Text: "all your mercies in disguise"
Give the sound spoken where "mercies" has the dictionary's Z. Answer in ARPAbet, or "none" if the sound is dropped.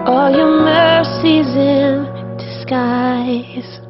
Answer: Z